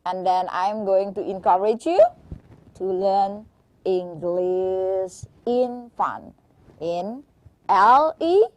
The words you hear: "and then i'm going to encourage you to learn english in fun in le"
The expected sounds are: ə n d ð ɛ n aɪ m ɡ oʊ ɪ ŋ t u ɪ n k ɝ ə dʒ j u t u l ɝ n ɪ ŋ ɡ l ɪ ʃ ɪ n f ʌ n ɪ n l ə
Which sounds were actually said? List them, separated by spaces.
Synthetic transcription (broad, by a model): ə n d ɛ n aɪ m ɡ oʊ ɪ ŋ t u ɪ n k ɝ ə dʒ j u t u l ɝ n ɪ ŋ ɡ l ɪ s ɪ n f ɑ n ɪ n l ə